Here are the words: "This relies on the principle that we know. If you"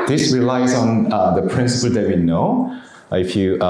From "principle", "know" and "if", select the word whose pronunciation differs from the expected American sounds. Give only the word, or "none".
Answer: none